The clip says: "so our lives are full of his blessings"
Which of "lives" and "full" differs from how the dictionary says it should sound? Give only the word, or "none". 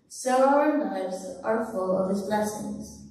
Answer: lives